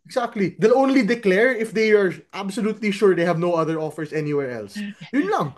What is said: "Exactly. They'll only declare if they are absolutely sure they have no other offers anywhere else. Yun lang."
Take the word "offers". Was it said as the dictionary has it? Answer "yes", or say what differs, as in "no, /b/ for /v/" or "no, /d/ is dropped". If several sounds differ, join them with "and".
no, /s/ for /z/